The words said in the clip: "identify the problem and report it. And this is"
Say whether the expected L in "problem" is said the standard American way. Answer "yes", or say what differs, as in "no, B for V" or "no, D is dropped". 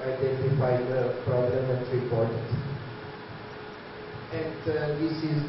no, L is dropped